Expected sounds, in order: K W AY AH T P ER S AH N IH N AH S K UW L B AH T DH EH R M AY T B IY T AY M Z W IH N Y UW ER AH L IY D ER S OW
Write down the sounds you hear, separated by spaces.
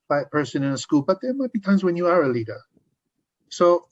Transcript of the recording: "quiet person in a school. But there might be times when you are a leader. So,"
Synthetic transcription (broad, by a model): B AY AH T P ER S AH N IH N AH S K UW L B AH T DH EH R M AY T B IY T AY M Z W IH N Y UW ER AH L IY D ER S OW